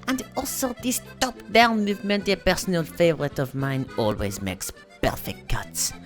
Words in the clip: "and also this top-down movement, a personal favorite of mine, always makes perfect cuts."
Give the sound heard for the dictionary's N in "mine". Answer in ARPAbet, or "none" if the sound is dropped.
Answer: N